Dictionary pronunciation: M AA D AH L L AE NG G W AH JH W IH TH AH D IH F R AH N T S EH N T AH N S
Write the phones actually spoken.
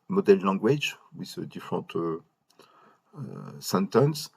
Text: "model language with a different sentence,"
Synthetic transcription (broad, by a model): M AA D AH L L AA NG G W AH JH W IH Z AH D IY F R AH T S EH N T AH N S